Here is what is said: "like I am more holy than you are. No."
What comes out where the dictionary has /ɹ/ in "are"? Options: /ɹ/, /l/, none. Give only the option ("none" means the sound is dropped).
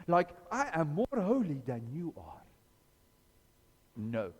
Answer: /ɹ/